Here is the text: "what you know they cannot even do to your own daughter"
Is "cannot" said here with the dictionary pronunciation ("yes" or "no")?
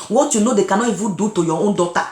no